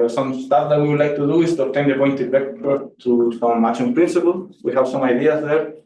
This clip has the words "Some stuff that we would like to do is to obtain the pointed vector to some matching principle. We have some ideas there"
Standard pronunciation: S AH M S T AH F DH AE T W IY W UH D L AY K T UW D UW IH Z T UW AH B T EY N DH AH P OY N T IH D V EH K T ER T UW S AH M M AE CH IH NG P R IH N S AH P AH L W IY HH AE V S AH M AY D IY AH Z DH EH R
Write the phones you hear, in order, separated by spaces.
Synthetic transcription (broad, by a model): S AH M S T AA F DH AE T W IY W UH D L AY K T UW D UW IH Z T UW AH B T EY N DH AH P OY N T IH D B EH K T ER T UW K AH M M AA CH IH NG P R IH N S AH P AH L W IY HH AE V S AH M AY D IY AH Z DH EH R